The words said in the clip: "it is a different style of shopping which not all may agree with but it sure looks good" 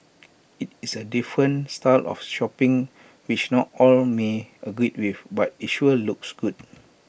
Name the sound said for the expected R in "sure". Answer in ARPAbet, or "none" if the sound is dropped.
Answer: L